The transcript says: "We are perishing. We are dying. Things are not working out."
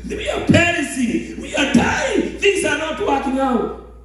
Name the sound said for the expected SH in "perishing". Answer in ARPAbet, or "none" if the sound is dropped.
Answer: S